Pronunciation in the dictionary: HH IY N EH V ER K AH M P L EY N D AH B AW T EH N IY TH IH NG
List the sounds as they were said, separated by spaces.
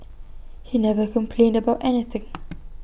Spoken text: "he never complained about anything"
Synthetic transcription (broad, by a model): HH IY N EH V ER K AH M P L EY N D AH B AW T EH N IY TH IH NG